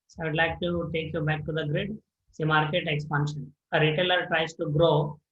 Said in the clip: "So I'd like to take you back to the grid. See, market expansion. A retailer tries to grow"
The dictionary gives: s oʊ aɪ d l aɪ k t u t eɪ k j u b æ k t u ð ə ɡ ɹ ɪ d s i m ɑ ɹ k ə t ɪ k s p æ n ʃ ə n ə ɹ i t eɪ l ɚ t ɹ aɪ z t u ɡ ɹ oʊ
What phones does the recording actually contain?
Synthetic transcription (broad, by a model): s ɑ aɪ d l aɪ k t u t eɪ k j u b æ k t u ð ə ɡ ɹ ɪ d s i m ɑ ɹ k ə t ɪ k s p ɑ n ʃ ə n ə ɹ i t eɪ l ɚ t ɹ aɪ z t u ɡ ɹ oʊ